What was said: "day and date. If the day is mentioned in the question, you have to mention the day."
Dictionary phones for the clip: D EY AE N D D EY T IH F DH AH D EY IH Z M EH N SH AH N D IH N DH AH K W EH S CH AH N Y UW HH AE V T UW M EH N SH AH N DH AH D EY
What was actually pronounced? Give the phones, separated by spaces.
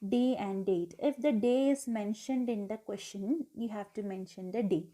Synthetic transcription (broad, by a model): D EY AE N D D EY T IH F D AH D EY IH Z M EH N SH AH N D IH N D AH K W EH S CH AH N Y UW HH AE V T UW M EH N SH AH N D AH D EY